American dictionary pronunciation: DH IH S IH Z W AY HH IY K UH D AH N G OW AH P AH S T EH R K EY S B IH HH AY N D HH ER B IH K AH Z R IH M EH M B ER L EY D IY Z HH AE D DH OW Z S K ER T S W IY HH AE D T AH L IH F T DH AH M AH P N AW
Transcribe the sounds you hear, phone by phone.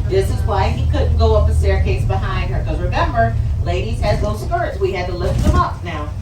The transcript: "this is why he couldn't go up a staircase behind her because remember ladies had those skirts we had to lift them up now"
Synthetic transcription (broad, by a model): DH IH S IH Z W AY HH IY K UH D N G OW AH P AH S T EH R K EY S B IH HH AY N D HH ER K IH AH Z R IH M EH M B ER L EY D IY Z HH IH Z DH OW Z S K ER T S W IY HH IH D T AH L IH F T DH AH M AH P N AW